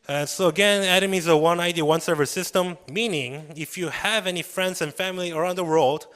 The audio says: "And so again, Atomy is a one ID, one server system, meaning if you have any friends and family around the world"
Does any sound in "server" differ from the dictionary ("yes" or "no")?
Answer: no